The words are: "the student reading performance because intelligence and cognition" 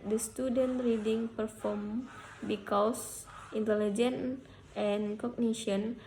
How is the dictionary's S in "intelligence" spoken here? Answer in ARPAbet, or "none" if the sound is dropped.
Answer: none